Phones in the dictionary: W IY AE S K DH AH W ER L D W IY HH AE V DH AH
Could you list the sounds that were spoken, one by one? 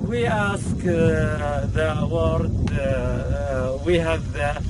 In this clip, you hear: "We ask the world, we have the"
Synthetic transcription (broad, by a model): W IY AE S K DH AH W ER D W IY HH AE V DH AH